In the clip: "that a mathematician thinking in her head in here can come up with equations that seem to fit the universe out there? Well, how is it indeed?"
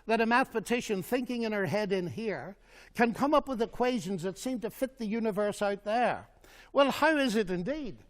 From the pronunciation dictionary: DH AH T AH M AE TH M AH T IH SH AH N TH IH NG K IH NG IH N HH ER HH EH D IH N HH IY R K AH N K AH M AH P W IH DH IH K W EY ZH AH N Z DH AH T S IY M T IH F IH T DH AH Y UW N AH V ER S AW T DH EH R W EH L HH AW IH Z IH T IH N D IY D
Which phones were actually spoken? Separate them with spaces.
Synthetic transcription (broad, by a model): DH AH T AH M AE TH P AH T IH SH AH N TH IH NG K IH NG IH N ER HH EH D IH N HH IY R K AH N K AH M AH P W IH DH IH K W EY ZH AH N Z DH AH T S IY M T IH F IH T DH AH Y UW N AH V ER S AW T DH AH R W EH L HH AW IH Z IH T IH N D IY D